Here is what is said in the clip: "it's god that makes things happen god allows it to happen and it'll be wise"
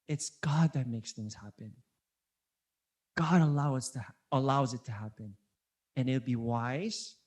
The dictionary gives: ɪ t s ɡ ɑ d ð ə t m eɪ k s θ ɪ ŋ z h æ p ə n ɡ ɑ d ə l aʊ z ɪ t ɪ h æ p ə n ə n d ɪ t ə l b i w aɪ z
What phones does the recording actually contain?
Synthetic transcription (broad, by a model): ɪ t s ɡ ɑ d ð ə t m eɪ k s θ ɪ ŋ z h æ p ə n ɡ ɑ d ə l aʊ z ɪ t ɪ h æ p ə n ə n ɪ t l b i w aɪ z